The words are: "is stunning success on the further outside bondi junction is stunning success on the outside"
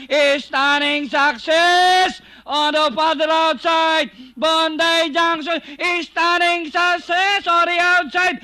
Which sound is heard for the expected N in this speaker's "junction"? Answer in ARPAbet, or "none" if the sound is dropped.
none